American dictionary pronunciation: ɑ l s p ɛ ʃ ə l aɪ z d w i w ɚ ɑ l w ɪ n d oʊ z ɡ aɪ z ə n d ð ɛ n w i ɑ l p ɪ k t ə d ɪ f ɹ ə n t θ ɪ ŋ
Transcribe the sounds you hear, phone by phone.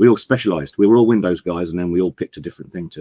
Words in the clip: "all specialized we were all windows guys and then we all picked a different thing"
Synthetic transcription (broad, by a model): ɑ l s p ɛ ʃ ə l aɪ z d w i w ɚ ɑ l w ɪ n d oʊ z ɡ aɪ z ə n ð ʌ n w i ɑ l p ɪ k t ə d ɪ f ɹ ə n θ ɪ ŋ